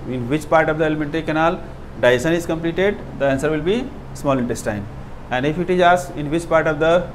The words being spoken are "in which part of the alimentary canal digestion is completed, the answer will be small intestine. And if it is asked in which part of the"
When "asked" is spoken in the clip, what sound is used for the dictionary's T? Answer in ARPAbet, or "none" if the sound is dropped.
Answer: none